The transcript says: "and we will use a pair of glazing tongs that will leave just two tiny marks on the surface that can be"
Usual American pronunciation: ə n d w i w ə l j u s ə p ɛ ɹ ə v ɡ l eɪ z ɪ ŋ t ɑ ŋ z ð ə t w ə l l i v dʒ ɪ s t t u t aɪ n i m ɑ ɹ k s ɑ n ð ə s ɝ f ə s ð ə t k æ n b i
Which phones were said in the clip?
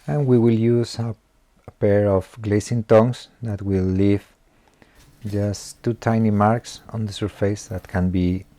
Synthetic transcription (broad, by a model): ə n w i w ə l j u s ə p ɛ ɹ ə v ɡ l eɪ s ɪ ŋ t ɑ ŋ s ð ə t w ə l l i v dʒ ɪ s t t u t aɪ n i m ɑ ɹ k s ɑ n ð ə s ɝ f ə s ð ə t k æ n b i